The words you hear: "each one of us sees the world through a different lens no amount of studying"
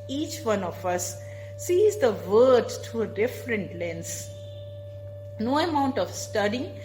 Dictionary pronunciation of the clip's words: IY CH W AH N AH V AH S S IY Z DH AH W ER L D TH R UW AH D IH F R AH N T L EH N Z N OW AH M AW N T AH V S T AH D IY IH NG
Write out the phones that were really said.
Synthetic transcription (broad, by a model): IY CH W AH N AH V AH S S IY Z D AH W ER D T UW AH D IH F R AH N T L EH N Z N OW AH M AW N T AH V S T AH D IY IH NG